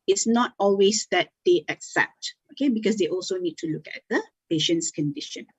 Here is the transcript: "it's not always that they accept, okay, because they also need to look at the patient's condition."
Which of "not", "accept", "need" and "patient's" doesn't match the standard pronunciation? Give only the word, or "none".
none